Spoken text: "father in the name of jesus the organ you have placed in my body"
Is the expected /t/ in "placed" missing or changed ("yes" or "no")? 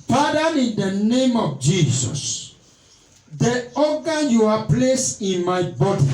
yes